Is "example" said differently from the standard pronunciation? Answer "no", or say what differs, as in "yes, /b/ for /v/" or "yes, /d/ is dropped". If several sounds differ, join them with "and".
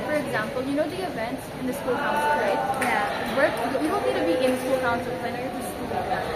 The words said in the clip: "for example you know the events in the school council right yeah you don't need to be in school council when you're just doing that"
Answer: no